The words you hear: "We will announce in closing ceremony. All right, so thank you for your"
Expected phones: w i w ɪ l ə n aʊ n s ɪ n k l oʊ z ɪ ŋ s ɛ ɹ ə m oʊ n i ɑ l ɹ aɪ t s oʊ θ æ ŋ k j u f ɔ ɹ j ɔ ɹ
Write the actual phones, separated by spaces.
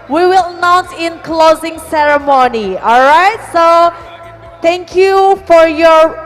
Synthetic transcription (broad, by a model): w i w ɪ l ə n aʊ n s ɪ n k l oʊ z ɪ ŋ s ɛ ɹ ə m oʊ n i ɑ l ɹ aɪ t s oʊ t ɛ ŋ k j u f ɔ ɹ j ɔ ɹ